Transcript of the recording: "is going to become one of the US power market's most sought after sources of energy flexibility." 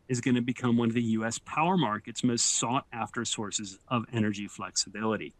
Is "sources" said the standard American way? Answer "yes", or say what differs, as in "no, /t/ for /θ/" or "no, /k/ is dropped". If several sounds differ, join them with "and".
yes